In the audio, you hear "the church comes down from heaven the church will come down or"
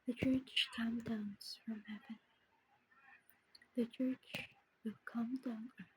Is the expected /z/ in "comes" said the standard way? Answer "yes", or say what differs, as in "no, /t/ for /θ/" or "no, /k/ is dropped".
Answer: no, /z/ is dropped